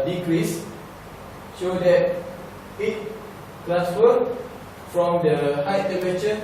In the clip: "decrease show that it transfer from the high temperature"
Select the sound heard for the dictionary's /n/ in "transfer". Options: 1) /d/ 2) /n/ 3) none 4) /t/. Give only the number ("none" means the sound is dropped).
3